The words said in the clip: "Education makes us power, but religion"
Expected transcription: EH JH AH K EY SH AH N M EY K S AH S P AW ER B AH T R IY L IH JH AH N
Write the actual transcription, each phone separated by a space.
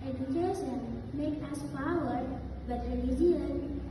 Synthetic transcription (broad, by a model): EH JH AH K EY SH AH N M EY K AH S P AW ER B AH T R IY L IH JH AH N